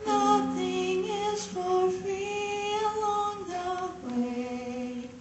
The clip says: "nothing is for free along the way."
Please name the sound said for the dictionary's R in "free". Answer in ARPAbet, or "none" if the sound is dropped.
none